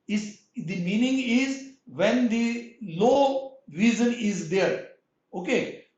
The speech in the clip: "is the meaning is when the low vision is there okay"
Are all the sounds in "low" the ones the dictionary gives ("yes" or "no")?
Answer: yes